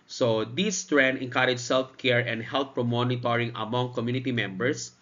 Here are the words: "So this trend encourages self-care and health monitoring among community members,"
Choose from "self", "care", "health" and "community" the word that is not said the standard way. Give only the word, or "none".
health